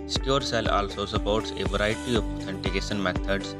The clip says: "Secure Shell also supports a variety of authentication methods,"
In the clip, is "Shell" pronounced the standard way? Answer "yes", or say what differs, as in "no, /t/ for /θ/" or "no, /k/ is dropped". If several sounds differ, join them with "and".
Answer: no, /s/ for /ʃ/